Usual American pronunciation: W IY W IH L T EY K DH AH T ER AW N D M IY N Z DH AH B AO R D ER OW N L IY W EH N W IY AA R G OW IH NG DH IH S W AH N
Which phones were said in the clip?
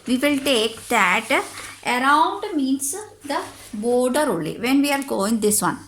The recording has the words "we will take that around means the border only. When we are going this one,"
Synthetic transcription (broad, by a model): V IY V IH L T EY K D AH T ER AW N D M IY N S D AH B AO R D ER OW L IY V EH N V IY AA R G OW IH NG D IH S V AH N